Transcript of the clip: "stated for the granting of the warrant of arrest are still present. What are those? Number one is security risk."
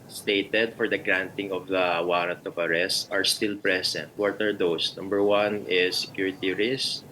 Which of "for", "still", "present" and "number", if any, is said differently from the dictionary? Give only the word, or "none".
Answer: present